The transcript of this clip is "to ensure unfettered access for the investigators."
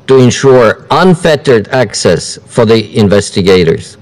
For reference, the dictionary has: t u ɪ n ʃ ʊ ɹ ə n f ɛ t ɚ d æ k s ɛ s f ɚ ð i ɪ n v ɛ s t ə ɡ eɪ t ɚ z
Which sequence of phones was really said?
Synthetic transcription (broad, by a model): t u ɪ n ʃ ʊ ɹ ə n f ɛ t ɚ d æ k s ɛ s f ɚ ð i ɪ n v ɛ s t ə ɡ eɪ t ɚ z